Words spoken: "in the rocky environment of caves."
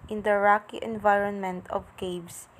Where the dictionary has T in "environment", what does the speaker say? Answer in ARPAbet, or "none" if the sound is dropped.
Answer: T